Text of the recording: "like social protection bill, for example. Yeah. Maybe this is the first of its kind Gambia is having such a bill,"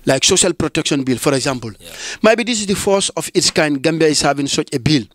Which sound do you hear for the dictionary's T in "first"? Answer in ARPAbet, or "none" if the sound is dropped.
none